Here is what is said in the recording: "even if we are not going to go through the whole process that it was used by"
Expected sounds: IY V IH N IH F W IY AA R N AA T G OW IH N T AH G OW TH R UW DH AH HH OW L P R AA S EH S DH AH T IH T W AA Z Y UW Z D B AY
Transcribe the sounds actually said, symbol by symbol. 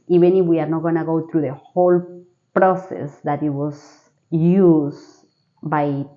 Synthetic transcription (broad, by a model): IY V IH N IH F W IY AA R N AA T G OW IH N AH G OW T R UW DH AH HH OW L P R AA S EH S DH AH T IH T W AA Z Y UW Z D B AY